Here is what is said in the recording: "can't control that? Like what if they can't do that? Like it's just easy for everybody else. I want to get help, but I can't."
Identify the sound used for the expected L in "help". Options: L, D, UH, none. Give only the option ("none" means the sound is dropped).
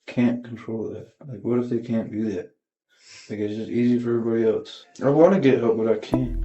none